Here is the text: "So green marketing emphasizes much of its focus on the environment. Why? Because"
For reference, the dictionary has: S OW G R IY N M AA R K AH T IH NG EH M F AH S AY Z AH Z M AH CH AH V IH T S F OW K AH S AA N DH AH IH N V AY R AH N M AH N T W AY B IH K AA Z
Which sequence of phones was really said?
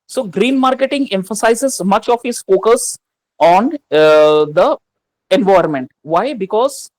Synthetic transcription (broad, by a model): S OW G R IY N M AA R K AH T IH NG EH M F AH S AY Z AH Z M AH CH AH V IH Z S F OW K AH S AA N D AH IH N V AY AH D M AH N T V AY B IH K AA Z